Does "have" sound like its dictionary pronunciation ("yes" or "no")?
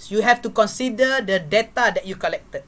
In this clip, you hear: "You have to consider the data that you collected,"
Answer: no